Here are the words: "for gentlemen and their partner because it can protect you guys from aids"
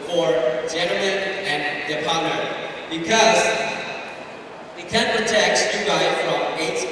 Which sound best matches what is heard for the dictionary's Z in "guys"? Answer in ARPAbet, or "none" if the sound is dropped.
none